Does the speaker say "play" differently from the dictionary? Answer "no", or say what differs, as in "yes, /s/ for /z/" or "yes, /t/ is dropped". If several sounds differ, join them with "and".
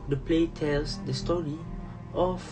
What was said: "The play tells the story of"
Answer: no